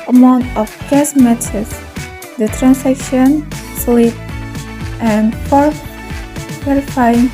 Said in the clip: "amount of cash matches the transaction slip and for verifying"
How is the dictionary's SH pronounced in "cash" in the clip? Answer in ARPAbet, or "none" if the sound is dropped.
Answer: S